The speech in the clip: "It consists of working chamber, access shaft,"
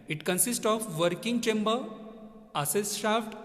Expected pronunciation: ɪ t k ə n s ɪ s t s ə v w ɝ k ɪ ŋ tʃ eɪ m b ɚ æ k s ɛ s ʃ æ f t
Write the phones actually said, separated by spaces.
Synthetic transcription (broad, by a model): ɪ t k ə n s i s t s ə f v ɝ k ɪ ŋ tʃ eɪ m b ɚ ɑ s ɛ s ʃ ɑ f t